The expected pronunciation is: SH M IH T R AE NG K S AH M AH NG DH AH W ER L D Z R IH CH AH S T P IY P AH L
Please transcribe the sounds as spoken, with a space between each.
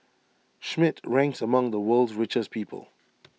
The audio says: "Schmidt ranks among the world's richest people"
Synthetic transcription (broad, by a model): SH M IH T R AE NG K S AH M AH NG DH AH W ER L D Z R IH CH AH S P IY P AH L